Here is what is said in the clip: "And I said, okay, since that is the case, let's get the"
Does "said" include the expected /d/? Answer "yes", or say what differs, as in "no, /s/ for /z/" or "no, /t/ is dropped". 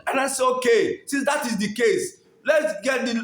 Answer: no, /d/ is dropped